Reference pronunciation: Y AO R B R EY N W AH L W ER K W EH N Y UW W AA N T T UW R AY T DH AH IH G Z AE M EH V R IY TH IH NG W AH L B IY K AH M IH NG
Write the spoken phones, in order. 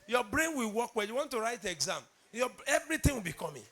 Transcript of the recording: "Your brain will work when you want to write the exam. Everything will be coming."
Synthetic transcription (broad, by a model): Y AO B R EY N W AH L W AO K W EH Y UW W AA N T T UW R AY T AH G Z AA M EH V R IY T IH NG W AH L B IY K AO M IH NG